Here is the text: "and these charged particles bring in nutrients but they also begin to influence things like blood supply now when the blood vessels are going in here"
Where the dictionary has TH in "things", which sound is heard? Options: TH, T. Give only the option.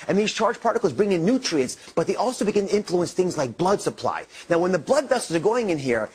TH